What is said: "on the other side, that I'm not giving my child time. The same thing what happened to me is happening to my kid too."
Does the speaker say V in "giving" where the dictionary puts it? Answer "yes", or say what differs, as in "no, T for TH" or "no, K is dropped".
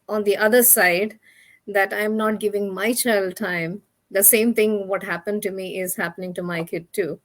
yes